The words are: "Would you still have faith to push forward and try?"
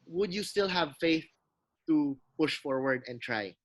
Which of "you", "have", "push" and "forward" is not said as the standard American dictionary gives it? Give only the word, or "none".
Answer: none